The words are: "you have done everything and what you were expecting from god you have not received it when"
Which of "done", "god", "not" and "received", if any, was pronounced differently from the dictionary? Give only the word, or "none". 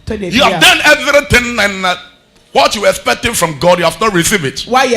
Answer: received